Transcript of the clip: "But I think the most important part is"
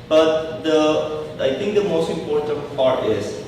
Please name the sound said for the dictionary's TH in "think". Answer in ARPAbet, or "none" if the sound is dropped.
T